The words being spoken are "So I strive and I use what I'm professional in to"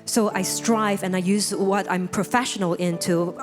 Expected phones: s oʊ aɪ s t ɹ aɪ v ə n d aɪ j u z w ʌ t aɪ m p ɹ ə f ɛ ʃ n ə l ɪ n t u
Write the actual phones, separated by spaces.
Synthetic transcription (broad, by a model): s oʊ aɪ s t ɹ aɪ v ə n aɪ j u z w ʌ t aɪ m p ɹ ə f ɛ ʃ n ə l ɪ n t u